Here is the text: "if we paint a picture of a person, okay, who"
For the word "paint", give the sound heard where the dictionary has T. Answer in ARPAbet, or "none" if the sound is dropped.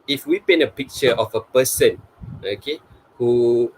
none